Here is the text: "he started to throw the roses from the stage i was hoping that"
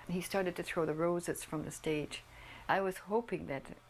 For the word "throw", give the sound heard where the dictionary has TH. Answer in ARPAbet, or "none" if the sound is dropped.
TH